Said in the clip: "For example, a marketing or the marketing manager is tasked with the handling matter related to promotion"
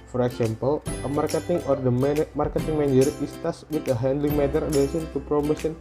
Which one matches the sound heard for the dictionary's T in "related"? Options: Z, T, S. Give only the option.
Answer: S